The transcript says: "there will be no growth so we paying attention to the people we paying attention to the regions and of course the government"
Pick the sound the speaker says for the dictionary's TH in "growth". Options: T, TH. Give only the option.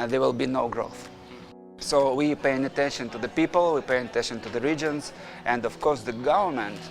TH